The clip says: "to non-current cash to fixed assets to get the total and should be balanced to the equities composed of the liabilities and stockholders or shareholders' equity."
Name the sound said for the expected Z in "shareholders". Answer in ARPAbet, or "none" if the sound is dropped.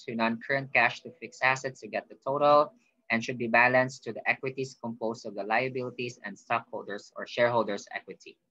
S